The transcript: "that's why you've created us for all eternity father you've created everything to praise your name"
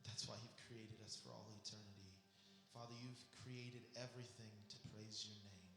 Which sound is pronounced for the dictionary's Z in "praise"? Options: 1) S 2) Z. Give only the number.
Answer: 2